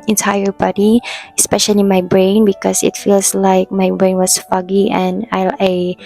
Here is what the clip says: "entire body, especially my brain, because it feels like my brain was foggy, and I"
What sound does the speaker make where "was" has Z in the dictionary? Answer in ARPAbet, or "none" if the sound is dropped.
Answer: S